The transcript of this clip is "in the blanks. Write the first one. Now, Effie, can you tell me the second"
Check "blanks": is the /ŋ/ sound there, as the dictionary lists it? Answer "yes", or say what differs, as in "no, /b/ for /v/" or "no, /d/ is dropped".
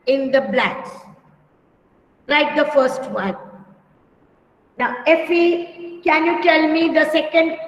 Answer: no, /ŋ/ is dropped